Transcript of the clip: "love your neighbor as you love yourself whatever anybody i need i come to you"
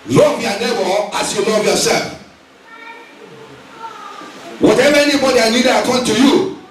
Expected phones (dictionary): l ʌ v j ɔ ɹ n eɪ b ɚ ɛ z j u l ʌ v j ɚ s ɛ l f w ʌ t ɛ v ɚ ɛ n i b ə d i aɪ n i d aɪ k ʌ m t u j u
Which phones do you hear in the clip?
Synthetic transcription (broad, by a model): l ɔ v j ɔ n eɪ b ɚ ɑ s j u l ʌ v j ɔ s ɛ l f w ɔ t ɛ v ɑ ɛ n i b ə d i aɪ l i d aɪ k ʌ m t u j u